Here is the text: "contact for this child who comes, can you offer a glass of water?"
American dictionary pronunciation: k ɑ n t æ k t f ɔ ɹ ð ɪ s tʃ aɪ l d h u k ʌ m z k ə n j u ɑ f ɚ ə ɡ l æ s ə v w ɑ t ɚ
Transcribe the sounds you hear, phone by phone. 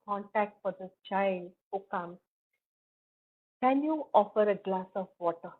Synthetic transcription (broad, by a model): k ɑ n t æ k t f ɔ ɹ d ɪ tʃ aɪ l d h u k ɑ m k ə n j u ɑ f ɚ ə ɡ l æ s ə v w ɑ t ɚ